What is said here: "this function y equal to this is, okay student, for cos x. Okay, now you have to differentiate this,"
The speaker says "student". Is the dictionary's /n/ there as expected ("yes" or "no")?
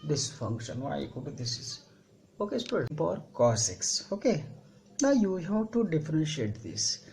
no